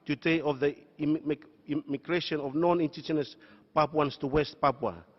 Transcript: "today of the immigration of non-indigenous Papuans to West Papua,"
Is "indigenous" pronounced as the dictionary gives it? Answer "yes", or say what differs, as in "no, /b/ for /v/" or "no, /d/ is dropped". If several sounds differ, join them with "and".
no, /tʃ/ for /dʒ/